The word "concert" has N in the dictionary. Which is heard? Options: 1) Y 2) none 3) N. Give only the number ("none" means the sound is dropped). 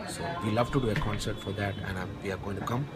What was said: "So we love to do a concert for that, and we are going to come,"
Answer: 3